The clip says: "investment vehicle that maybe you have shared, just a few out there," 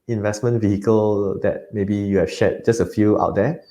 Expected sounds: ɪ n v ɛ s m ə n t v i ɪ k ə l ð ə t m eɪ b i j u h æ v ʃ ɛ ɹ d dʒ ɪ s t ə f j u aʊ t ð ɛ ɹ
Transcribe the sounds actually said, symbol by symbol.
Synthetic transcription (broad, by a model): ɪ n v ɛ s m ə n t v i ɪ k ə l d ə t m eɪ b i j u h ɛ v ʃ ɛ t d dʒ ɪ s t ə f j u aʊ t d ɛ